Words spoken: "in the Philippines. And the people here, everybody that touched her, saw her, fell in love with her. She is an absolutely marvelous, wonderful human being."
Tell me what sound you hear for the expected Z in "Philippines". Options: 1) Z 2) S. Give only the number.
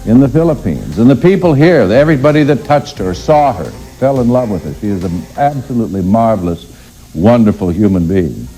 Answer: 1